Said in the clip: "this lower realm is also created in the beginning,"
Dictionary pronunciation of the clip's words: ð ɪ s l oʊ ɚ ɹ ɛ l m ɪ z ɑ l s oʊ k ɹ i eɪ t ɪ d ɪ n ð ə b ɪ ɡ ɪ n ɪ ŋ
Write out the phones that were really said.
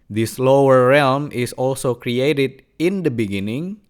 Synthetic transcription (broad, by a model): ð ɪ s l oʊ ɚ ɹ ɛ l m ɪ s ɑ l s oʊ k ɹ i eɪ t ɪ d ɪ n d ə b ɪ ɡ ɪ n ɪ ŋ